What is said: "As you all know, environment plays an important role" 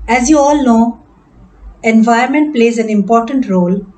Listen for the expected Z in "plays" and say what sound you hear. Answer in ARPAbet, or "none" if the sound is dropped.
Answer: Z